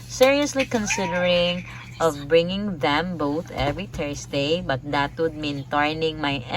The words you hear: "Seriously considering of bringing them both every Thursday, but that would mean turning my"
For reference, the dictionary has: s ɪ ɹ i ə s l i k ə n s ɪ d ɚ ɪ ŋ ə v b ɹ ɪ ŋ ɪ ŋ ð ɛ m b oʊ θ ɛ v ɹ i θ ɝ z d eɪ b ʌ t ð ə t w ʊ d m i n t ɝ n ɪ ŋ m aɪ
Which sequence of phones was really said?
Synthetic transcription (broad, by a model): s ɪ ɹ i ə s l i k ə n s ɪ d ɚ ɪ ŋ ə v b ɹ ɪ ŋ ɪ ŋ ð ɛ m b oʊ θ ɛ v ɹ i t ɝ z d eɪ b ʌ t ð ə t w ʊ d m i n t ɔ n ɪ ŋ m aɪ